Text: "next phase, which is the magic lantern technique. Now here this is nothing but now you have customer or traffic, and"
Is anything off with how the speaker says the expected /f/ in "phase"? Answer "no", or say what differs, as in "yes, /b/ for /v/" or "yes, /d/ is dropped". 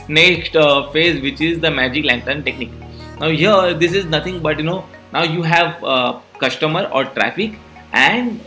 no